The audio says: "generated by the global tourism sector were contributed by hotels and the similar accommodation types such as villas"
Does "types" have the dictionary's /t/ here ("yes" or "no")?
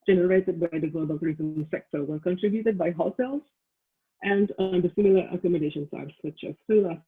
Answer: no